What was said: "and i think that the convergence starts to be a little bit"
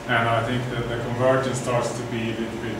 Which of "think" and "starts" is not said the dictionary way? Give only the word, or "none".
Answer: none